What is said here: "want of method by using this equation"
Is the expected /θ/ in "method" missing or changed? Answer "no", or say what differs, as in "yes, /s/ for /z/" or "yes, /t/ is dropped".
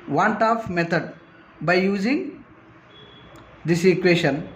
yes, /t/ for /θ/